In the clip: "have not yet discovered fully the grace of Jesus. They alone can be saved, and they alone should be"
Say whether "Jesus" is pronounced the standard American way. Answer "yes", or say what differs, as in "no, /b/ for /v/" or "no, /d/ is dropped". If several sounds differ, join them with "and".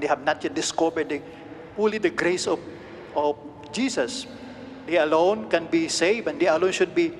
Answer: no, /s/ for /z/